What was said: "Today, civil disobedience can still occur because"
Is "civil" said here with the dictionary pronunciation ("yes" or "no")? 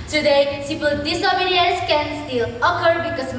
no